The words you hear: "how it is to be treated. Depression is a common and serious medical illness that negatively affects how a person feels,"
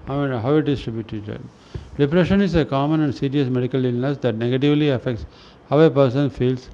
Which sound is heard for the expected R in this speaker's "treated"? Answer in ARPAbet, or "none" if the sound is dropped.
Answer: none